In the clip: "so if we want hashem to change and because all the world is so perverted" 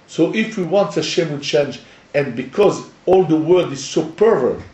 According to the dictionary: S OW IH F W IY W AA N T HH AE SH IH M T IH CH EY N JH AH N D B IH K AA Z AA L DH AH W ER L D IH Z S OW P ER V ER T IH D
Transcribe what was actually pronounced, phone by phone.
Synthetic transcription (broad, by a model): S OW IH F W IY W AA N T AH SH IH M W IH CH EY N JH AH N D B IH K AA Z AA L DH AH W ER D IH Z S OW P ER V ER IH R